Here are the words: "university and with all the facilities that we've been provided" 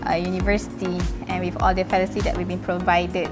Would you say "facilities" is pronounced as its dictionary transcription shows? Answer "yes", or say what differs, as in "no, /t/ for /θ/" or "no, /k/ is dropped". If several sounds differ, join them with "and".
no, /s/ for /t/